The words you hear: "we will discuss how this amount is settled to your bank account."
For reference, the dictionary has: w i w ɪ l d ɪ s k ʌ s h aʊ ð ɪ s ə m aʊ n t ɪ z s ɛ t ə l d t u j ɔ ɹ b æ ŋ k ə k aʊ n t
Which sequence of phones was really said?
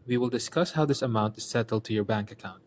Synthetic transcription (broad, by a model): w i w ɪ l d ɪ s k ʌ s h aʊ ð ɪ s ə m aʊ n t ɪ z s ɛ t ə l d t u j ɔ ɹ b æ ŋ k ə k aʊ n t